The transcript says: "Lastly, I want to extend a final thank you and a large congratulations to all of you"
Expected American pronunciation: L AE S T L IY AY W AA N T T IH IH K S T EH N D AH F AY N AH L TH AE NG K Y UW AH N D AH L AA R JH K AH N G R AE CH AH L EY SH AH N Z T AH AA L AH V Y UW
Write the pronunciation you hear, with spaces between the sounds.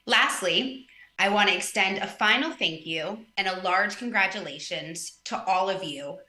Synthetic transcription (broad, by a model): L AE S T L IY AY W AA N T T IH IH K S T EH N D AH F AY N L TH AE NG K Y UW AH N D AH L AA R JH K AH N G R AE CH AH L EY SH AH N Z T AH AA L AH V Y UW